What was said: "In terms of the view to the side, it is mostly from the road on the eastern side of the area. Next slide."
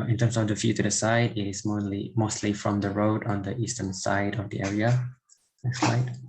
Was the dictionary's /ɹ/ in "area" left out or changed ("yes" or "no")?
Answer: no